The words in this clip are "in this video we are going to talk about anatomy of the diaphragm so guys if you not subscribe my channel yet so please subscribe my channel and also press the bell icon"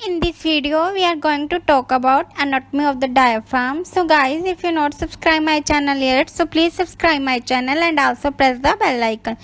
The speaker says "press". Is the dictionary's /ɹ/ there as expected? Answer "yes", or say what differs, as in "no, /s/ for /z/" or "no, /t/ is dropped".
yes